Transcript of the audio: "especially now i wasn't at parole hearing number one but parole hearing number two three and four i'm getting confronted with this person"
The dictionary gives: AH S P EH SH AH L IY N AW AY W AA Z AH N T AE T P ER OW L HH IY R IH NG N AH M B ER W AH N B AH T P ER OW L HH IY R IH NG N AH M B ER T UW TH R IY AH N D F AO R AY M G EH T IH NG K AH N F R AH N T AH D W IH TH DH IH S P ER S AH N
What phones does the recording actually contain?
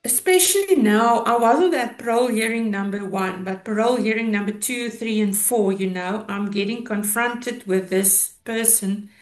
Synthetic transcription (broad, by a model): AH S P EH SH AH L IY N AW AY W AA Z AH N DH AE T P ER OW L HH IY R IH NG N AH M B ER W AH N B AH T P ER OW L HH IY R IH NG N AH M B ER T UW TH R IY AH N D F AO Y AY M G EH T IH NG K AH N F R AH N T AH D W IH DH IH S P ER S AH N